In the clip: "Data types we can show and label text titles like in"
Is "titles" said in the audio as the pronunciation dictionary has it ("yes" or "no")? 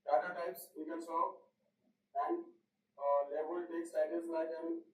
no